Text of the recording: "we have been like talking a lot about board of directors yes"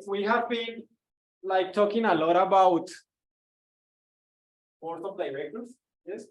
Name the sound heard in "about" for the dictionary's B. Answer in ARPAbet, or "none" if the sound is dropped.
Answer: B